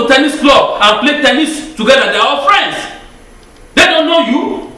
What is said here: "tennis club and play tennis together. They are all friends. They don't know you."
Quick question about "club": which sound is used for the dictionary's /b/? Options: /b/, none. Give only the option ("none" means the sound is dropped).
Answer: none